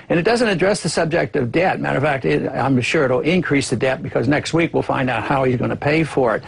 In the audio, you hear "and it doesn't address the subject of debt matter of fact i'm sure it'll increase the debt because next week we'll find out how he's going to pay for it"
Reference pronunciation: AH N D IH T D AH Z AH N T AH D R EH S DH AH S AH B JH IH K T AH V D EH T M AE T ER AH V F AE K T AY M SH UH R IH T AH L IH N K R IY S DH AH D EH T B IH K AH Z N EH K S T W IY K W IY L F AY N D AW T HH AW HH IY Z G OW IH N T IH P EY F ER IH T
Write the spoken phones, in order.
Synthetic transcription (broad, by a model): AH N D IH T D AH Z AH N T AH D R EH S DH AH S AH B JH IH K T AH V D EH T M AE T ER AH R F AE K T AY M SH UH R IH T L IH N K R IY S DH AH D EH T B IH K AH Z N EH K S T W IY K W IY L F AY N D AW T HH AW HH IY Z G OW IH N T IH P EY F ER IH T